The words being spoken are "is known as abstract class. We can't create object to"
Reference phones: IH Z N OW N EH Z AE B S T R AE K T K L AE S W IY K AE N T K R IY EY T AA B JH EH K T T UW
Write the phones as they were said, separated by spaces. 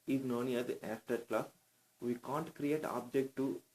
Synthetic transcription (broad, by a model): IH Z N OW N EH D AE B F T AH T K L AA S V IY K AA N T K R IY EY T AA B JH EH K T T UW